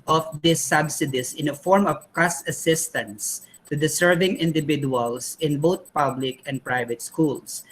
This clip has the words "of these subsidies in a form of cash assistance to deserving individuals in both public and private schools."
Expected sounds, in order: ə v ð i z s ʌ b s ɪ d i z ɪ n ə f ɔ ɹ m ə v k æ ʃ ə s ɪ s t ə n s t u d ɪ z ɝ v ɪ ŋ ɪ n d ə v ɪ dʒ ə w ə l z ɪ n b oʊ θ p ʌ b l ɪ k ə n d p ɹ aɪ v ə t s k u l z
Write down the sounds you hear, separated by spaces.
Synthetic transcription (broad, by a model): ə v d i s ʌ b s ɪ d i s ɪ n ə f ɔ ɹ m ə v k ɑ s ə s ɪ s t ə n s t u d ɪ s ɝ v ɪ ŋ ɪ n d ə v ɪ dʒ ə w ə l s ɪ n b oʊ t p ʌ b l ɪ k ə n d p ɹ aɪ v ə t s k u l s